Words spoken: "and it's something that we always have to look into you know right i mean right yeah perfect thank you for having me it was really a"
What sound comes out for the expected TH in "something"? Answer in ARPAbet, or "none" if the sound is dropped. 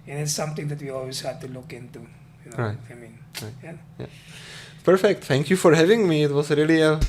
T